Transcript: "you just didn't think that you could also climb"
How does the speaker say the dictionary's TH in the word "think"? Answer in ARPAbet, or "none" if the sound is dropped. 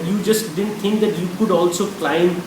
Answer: T